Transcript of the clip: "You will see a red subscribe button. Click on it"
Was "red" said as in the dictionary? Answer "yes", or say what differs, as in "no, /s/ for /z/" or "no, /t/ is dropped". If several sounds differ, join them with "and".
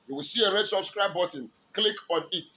yes